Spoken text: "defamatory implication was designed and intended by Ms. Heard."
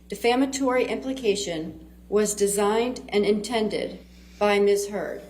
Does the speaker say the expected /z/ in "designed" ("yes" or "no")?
yes